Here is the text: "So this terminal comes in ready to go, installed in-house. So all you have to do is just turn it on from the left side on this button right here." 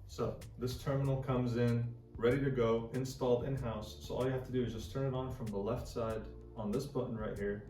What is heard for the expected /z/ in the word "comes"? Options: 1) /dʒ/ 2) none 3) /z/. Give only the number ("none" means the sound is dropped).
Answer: 3